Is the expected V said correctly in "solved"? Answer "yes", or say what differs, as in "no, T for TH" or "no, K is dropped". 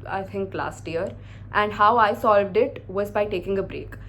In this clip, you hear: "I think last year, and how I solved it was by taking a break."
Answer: yes